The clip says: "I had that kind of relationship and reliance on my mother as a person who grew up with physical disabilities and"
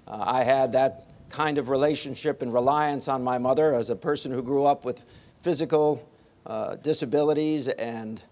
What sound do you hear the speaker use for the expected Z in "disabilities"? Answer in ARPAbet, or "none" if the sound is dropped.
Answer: Z